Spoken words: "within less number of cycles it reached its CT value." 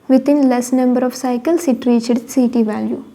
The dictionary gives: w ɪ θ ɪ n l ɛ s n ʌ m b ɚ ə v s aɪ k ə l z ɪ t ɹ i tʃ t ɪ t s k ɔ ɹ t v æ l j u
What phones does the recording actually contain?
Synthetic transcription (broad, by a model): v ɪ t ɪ n l ɛ s n ʌ m b ɚ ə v s aɪ k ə l s ɪ t ɹ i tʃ ɪ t s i t v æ l j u